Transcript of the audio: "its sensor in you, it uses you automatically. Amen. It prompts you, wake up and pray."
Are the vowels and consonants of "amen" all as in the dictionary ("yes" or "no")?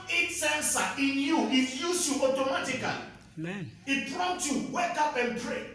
no